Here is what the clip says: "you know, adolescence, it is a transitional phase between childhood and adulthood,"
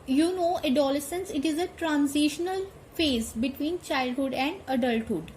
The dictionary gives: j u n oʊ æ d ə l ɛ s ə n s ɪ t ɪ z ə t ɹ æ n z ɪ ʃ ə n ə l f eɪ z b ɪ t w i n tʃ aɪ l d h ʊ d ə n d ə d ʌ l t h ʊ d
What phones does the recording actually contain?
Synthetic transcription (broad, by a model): j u n oʊ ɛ d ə l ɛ s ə n s ɪ t ɪ z ə t ɹ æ n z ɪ ʃ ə n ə l f eɪ z b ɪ t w i n tʃ aɪ l d h ʊ d ə n d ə d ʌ l t h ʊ d